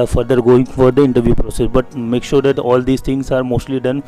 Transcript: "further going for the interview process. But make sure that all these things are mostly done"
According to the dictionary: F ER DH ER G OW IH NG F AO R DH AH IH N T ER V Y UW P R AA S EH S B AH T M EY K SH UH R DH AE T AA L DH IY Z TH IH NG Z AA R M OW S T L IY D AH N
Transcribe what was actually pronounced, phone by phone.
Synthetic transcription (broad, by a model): F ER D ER G OW IH NG F AO R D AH IH N T ER V Y UW P R AA S EH S B AH T M EY K SH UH R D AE T AA L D IY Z T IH NG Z AA R M OW S T L IY D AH N